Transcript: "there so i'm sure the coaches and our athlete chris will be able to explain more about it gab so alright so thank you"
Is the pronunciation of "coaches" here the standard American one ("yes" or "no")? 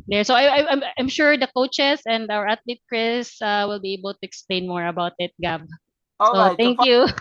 no